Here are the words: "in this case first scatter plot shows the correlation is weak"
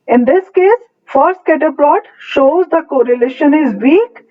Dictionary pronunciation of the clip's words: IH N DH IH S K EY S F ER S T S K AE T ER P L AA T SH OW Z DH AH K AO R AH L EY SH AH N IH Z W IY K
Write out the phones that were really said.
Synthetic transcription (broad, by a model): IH N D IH S K EY S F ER T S K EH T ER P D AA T SH OW Z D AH K AO R AH L EY SH AH N IH Z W IY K